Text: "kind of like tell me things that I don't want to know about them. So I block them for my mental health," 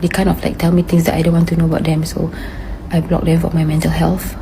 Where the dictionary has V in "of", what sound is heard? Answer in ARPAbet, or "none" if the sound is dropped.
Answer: F